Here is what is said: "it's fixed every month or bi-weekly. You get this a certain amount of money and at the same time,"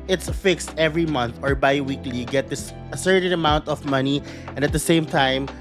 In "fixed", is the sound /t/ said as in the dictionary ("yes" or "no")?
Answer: yes